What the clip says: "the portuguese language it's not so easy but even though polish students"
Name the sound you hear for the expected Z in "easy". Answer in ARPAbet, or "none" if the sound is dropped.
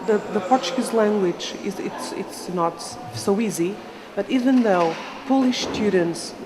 Z